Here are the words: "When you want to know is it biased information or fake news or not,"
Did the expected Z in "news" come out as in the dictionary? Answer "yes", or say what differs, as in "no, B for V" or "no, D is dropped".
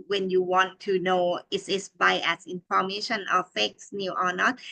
no, Z is dropped